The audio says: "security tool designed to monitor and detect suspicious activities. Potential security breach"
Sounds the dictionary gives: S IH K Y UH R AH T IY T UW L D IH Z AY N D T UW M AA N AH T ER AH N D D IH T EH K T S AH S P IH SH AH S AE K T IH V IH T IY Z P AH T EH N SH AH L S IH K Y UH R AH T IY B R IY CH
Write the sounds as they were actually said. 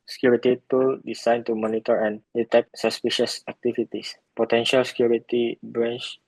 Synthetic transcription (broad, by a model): S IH K Y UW R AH T IY T UW L D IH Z AY N T UW M AA N AH T ER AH N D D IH T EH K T S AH S P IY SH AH S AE K T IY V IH T IY S P AH T EH N SH AH L S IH K Y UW R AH T IY B R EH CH